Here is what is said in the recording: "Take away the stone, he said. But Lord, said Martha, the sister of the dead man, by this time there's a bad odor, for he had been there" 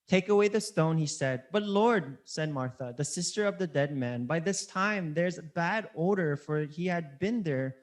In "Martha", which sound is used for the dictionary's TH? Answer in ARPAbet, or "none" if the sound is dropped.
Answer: TH